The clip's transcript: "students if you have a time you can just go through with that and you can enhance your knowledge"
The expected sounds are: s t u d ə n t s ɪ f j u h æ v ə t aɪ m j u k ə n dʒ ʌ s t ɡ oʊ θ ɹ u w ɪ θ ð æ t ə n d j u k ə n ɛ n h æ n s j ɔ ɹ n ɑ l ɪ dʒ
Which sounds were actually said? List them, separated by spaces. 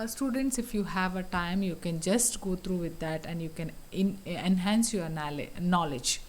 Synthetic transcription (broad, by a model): s t u d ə n t s ɪ f j u h æ v ə t aɪ m j u k ə n dʒ ʌ s t ɡ oʊ t ɹ u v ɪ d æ t ə n d j u k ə n ɛ n h æ n s j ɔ l n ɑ l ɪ dʒ